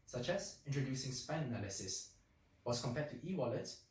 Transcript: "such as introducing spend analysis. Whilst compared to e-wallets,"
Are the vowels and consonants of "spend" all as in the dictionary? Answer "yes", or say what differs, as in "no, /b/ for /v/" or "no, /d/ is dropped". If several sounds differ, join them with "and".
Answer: no, /d/ is dropped